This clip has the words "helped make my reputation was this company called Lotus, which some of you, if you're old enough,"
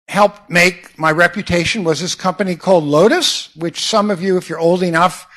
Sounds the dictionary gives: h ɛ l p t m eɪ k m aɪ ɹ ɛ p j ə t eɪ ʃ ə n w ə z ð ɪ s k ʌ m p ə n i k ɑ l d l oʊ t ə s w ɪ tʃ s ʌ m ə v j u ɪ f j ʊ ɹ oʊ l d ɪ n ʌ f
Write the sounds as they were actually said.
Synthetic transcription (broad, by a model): h ɛ l p m eɪ k m aɪ ɹ ɛ p j ə t eɪ ʃ ə n w ə z ð ɪ s k ʌ m p ə n i k ɑ l d l oʊ t ə s w ɪ tʃ s ʌ m ə v j u ɪ f j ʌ ɹ oʊ l d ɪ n ʌ f